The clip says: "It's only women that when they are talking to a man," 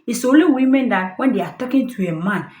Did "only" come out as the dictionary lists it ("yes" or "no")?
no